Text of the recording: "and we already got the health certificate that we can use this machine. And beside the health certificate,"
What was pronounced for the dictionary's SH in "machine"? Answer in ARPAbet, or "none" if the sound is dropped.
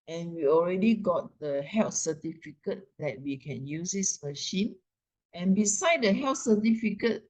SH